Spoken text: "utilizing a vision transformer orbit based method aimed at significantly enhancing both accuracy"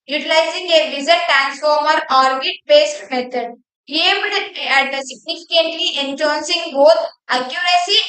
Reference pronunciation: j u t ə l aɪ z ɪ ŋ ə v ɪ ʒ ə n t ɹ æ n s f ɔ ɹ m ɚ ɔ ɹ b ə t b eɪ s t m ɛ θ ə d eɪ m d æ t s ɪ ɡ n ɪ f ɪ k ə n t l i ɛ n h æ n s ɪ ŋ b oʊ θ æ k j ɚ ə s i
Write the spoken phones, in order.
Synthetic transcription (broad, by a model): j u t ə l aɪ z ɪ ŋ ə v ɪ z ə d t ɹ æ n s f ɔ ɹ m ɚ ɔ ɹ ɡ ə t b eɪ s t m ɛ t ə d eɪ m d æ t s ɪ ɡ n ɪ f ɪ k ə n t l i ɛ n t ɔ n s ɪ ŋ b oʊ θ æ k j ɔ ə s i